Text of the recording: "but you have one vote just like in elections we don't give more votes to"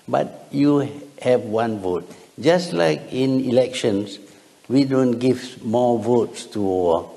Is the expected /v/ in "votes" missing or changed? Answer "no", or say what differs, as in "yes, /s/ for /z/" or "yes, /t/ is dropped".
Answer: no